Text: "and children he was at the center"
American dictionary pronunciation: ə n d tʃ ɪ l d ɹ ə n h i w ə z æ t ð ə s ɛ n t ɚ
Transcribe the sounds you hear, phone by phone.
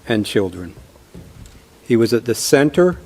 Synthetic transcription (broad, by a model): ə n tʃ ɪ l d ɹ ə n h i w ə z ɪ t ð ə s ɛ n t ɚ